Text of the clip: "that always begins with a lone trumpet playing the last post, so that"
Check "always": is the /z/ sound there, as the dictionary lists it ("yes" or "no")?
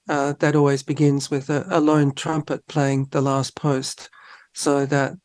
yes